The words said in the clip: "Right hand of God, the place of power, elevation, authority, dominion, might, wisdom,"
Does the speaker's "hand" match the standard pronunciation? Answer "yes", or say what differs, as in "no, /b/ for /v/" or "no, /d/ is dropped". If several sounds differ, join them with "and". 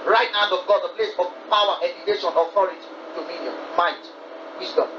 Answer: no, /n/ is dropped